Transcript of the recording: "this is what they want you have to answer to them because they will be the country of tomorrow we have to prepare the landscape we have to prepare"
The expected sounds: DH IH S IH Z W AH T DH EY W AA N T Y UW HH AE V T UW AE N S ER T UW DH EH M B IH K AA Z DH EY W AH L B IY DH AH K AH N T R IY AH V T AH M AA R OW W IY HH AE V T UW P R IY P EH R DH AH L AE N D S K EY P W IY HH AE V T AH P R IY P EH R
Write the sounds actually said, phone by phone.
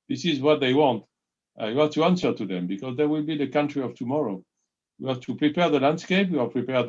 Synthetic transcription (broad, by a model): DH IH S IH Z W AH T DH EY W AA N T Y UW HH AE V T UW AE N S ER T UW DH EH M B IH K AA Z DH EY W AH L B IY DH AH K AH N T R IY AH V T AH M AA R OW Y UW HH AE V T UW P R IY P EH R DH AH L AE N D S K EY P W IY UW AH P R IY P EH R